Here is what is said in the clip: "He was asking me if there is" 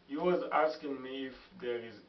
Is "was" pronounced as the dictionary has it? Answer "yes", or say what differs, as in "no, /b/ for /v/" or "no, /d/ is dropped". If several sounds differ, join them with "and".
yes